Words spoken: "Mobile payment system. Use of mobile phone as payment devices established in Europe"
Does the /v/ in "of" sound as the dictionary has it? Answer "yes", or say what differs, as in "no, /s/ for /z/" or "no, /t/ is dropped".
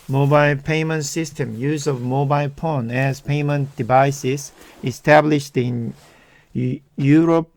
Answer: yes